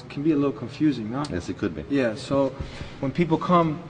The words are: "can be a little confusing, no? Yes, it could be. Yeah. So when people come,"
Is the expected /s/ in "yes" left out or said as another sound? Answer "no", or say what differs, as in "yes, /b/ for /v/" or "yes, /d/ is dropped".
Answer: no